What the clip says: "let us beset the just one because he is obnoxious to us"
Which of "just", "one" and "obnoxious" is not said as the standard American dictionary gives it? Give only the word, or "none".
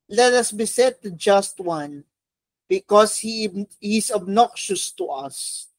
none